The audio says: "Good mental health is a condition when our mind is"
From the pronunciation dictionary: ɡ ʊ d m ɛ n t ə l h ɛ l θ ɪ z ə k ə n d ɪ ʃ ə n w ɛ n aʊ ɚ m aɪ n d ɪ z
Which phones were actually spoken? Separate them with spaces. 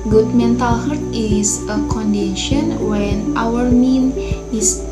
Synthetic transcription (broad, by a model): ɡ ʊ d m ɛ n t ə l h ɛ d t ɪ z ə k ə n d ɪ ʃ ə n w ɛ n aʊ ɚ m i n ɪ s